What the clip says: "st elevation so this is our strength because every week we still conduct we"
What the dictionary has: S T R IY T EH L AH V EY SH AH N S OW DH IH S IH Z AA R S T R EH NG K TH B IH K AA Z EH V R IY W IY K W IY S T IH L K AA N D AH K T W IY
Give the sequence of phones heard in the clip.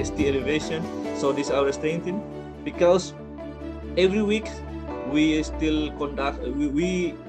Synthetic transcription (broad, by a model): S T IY EH L AH V EY SH AH N S OW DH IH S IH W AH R S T EH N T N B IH K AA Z EH V R IY W IY K W IY S T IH L K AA N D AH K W W IY